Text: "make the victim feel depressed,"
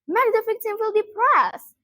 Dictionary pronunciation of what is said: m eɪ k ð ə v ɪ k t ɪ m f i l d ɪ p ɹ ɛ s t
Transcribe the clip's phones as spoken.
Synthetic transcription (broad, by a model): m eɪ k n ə f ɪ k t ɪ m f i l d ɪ p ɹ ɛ s